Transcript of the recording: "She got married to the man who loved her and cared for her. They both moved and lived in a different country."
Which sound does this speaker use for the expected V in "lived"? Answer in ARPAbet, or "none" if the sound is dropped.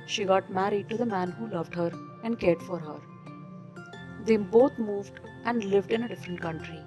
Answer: V